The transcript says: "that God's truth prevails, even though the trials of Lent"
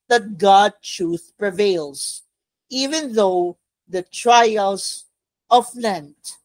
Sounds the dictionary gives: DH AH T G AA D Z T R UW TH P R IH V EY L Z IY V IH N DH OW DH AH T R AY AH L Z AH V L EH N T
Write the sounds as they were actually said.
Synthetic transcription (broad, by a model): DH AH T G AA D T R UW TH P R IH V EY L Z IY V IH N DH OW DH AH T R AY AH L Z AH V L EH N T